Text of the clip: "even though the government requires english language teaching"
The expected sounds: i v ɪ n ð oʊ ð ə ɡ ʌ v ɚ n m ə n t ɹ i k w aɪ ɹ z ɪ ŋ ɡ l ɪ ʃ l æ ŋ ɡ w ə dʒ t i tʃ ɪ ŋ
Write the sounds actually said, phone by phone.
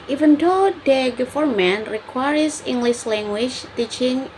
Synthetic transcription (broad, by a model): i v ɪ n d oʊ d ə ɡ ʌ f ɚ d m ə n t ɹ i k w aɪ ɹ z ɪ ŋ ɡ l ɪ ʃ l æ ŋ ɡ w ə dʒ t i tʃ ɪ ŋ